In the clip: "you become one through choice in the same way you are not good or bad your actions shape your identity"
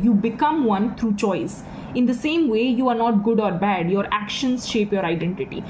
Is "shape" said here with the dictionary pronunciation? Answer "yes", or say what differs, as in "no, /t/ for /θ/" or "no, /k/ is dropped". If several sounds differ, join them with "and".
yes